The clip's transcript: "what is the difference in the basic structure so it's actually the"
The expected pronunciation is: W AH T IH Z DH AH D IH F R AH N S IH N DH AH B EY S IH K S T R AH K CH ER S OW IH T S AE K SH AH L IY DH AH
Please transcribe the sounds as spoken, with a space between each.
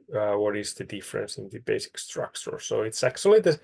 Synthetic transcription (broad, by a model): W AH T IH Z DH AH D IH F R AH N S IH N DH AH B EY S IH K S T R AH K CH ER S OW IH T S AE K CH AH L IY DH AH